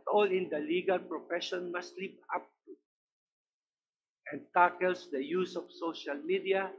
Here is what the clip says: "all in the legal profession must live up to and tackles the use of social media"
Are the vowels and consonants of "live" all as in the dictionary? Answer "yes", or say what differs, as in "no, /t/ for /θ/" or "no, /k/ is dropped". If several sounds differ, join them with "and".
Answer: no, /p/ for /v/